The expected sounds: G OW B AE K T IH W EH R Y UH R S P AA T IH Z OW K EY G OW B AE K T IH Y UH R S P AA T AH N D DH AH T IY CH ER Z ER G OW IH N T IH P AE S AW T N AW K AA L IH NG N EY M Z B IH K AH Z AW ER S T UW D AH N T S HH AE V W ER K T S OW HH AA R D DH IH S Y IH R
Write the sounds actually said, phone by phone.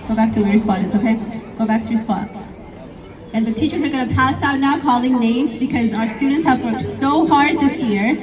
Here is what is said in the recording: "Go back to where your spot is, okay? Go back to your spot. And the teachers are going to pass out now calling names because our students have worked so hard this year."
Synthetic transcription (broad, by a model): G OW B AE K T IH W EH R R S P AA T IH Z OW K EY G OW B AE K T IH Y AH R S P AA T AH N DH AH T IY CH ER Z ER G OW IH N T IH P AE S AW T N AW K AA L IH NG N EY M Z B IH K AH Z AW ER S T UW D N T S HH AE V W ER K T S OW HH AA R D DH IH S Y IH R